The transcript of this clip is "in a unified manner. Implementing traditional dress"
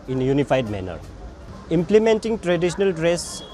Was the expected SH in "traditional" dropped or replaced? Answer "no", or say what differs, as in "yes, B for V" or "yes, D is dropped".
yes, S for SH